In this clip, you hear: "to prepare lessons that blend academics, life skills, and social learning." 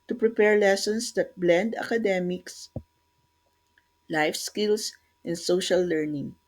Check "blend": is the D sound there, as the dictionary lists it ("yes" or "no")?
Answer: yes